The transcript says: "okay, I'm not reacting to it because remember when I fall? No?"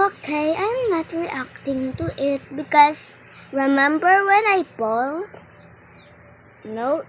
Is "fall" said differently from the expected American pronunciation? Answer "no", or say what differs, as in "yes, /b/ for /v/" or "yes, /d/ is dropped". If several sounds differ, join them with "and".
yes, /p/ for /f/